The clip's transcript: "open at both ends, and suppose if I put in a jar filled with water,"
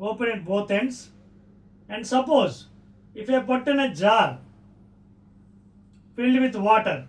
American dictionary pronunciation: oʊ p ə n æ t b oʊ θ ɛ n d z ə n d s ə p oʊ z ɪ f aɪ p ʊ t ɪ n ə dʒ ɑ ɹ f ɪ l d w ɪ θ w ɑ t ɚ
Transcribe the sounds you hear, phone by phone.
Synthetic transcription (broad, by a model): oʊ p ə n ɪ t b oʊ t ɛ n d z ə n d s ə p oʊ z ɪ f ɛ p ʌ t ɪ n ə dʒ ɑ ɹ f ɪ l d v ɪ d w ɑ t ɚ